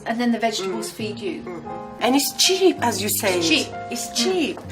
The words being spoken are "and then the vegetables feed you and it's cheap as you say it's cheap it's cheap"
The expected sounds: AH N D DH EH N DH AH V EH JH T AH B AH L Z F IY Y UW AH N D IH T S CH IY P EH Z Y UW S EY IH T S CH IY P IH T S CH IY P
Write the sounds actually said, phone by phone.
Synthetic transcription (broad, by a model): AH N DH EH N DH AH V EH JH T AH B AH L Z F IY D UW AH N IH T S CH IY P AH Z Y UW S EY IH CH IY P IH T S CH IY P